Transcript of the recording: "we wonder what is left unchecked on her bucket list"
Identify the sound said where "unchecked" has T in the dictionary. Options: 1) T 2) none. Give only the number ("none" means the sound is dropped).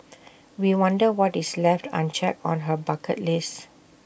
2